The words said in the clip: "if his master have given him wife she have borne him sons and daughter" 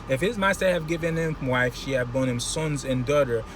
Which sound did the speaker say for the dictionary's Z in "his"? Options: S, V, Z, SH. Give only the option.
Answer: Z